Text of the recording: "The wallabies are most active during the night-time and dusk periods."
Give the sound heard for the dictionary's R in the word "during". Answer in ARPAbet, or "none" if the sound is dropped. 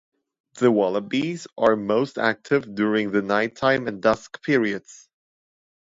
R